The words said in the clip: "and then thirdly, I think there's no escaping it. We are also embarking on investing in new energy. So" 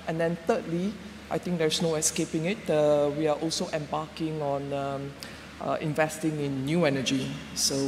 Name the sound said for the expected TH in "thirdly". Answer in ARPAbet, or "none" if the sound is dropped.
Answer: T